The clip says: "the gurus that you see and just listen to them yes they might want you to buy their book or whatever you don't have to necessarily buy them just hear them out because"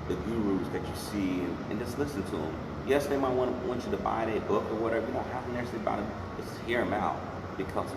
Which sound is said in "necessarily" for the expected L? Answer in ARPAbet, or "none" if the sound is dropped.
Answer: none